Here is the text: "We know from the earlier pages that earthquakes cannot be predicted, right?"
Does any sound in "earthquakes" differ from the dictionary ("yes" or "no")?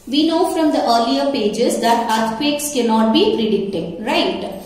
yes